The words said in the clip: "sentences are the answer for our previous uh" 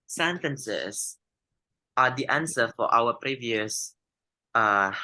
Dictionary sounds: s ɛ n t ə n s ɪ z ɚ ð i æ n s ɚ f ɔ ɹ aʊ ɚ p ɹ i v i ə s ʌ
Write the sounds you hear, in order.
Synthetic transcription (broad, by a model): s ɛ n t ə n s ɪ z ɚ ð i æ n s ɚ f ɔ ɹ aʊ ɚ p ɹ i v i ə s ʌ